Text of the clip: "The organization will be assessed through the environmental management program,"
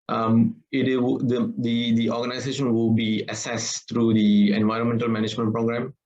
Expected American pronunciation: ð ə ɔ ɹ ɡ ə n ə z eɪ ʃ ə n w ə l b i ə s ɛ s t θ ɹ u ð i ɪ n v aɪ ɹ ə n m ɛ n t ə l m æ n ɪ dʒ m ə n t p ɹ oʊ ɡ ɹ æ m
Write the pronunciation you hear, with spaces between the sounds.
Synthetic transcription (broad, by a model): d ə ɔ ɹ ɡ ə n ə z eɪ ʃ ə n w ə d b i ə s ɛ s t ɹ u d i ɪ n v aɪ ɹ ə n m ɛ n t ə l m æ n ɪ dʒ m ə n t p ɹ oʊ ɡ ɹ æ m